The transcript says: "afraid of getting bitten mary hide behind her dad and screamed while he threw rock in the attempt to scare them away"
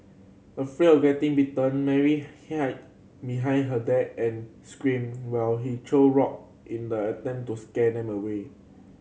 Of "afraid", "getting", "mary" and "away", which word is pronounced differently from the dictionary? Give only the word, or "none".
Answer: afraid